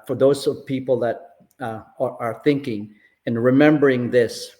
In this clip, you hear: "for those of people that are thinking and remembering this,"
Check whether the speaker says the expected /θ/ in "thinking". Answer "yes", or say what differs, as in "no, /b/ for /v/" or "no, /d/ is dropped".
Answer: yes